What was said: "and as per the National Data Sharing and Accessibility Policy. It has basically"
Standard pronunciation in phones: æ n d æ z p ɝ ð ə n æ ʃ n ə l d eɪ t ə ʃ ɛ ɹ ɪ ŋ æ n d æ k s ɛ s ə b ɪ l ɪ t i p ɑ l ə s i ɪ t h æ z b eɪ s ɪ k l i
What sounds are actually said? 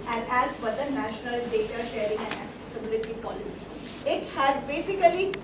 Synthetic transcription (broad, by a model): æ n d æ z b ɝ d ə n æ ʃ n ə l d eɪ t ə ʃ ɛ ɹ ɪ ŋ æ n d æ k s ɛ s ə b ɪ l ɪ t i p ɑ l ə s i ɪ t h æ z b eɪ s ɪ k l i